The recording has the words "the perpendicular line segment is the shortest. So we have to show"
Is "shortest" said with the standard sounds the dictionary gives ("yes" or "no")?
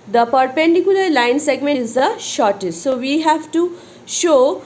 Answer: yes